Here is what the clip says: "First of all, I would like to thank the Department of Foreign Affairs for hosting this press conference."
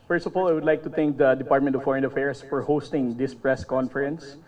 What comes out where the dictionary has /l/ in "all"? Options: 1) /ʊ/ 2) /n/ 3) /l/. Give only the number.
3